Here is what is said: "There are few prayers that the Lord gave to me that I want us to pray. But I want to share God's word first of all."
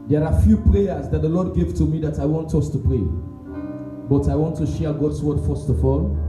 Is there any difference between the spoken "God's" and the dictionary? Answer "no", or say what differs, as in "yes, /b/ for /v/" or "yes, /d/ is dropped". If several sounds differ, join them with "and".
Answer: yes, /s/ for /z/